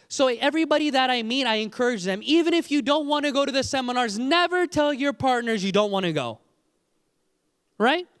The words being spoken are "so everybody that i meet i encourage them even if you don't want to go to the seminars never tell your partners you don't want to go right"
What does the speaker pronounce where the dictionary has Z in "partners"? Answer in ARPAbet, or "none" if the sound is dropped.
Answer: Z